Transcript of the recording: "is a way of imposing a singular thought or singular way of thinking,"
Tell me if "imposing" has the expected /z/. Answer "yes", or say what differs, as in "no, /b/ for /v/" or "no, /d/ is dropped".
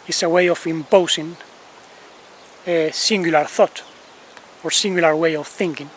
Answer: no, /s/ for /z/